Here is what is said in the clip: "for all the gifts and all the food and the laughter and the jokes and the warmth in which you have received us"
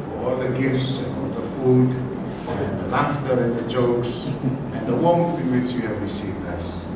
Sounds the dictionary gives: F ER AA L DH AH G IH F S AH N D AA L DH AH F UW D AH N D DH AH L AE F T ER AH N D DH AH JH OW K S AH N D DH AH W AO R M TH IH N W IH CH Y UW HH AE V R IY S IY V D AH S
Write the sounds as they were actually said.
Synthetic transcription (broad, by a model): AA L DH AH G IH F S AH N AA L DH AH F UW D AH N DH AH L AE F T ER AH N DH AH JH OW K S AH N DH AH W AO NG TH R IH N W IH CH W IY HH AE V R IY S IY V D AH S